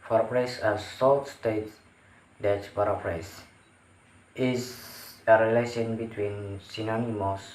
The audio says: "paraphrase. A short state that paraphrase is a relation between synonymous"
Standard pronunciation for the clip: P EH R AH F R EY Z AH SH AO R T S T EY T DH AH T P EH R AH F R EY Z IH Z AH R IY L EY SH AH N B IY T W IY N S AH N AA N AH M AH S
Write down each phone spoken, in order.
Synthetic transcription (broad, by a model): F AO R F R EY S AH S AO L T S T EY T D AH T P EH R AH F R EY S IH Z AH R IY L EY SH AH N B IY T W IY N S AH N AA N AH M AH S